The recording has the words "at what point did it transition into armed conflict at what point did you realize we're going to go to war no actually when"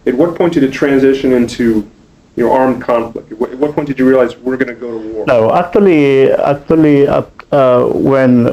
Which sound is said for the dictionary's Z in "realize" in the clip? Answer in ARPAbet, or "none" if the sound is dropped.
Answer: Z